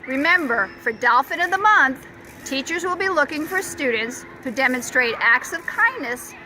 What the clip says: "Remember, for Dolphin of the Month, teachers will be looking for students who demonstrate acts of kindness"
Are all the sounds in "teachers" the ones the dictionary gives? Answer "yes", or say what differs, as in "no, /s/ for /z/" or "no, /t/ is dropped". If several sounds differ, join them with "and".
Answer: yes